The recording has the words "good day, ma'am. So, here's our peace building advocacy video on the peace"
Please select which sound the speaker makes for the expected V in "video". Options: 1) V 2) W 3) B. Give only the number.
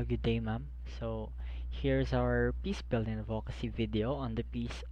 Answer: 1